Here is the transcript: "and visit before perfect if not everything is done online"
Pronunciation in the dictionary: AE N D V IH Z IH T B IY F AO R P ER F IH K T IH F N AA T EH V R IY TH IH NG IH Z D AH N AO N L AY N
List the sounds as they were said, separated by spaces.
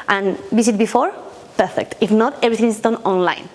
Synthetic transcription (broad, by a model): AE N D B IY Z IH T B IY F AO R P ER F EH K T IH F N AA T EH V R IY T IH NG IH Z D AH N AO N L AY N